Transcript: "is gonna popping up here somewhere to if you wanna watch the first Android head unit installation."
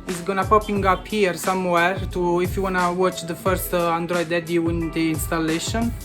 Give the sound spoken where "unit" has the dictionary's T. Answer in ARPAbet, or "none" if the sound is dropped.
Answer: none